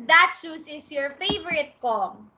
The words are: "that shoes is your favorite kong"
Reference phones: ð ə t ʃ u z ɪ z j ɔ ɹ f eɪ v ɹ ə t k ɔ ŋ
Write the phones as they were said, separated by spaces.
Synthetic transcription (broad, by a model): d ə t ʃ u s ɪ s j ɔ ɹ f eɪ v ɹ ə t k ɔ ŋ